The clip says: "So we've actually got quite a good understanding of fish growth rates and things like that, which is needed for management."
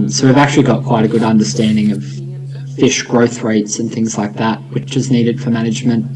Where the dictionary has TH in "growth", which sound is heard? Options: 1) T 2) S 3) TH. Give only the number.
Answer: 3